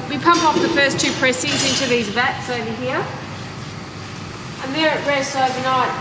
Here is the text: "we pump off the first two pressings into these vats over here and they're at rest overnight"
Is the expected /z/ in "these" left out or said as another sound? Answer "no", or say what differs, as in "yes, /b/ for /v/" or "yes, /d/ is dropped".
no